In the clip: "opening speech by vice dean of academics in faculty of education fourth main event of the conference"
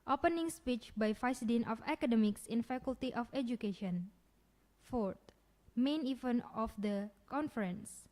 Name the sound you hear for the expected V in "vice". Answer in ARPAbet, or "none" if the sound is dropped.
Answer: F